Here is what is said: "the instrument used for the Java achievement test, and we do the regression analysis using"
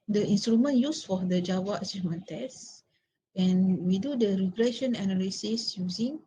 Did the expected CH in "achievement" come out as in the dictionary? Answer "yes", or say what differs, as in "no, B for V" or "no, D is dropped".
no, S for CH